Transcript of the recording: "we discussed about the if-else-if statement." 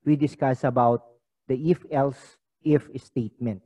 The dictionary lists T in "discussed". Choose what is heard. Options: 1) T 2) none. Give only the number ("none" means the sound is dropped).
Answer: 2